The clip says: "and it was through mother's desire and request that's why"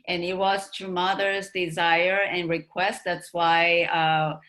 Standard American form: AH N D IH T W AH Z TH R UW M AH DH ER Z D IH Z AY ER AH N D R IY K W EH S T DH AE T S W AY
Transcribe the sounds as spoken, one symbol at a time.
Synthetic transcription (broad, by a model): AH N IH T W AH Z T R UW M AH DH ER Z D IH Z AY ER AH N R IY K W EH S T DH AE T S W AY